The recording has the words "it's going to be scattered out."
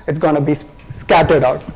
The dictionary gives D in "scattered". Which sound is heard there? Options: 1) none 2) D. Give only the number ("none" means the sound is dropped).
2